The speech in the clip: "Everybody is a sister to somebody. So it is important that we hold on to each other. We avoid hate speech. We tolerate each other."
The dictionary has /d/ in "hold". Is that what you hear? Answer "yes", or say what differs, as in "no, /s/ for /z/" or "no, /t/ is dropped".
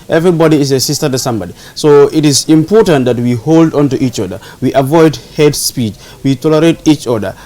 yes